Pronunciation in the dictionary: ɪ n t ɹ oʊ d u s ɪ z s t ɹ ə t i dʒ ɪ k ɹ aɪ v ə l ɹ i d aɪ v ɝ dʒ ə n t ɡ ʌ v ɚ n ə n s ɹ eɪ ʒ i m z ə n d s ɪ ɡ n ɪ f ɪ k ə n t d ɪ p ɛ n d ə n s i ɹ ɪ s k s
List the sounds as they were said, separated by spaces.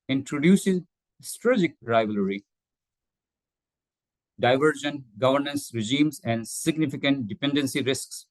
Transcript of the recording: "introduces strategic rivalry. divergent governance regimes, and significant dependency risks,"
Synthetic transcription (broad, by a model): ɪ n t ɹ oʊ d u s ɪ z s t ɹ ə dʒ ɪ k ɹ aɪ v ə l ɹ i d aɪ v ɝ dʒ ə n ɡ ʌ v ɚ n ə n s ɹ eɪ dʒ i m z ə n d s ɪ ɡ n ɪ f ɪ k ə n t d ɪ p ɛ n d ə n s i ɹ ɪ s k s